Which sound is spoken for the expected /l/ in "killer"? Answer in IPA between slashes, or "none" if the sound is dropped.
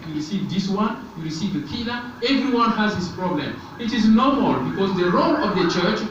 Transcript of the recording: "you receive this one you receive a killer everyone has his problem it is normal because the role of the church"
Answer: /n/